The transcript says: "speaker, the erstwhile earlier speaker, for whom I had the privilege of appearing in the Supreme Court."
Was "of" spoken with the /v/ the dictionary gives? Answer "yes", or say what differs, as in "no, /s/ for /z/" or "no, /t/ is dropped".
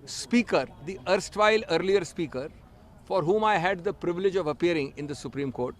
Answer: yes